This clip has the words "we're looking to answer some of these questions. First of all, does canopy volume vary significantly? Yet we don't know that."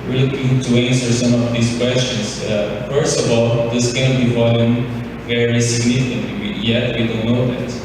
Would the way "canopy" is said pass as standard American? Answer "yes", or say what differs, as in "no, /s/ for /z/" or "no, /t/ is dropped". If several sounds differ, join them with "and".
no, /b/ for /p/